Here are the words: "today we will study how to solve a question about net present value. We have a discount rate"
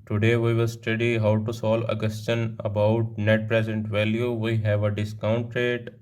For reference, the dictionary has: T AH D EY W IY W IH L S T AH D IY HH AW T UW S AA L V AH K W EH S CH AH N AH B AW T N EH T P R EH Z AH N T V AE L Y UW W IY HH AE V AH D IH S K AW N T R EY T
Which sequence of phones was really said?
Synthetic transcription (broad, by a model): T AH D EY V IY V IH L S T AH D IY HH AW T UW S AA L AH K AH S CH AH N AH B AW T N EH T P R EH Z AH N T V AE L Y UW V IY HH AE V AH D IH S K AW N T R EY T